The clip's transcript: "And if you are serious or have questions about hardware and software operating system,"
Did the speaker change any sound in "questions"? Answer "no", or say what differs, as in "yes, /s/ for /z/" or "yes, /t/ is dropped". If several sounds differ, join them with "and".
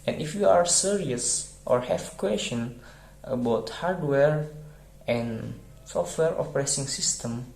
yes, /z/ is dropped